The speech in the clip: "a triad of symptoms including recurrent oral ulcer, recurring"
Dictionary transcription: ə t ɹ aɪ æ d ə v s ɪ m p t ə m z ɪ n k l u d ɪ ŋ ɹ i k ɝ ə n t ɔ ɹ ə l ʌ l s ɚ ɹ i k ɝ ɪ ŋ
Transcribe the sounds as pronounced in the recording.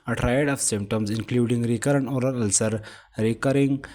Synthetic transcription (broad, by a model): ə t ɹ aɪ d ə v s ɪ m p t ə m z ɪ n k l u d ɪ ŋ ɹ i k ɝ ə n ɔ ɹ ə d ʌ l s ɚ ɹ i k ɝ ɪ ŋ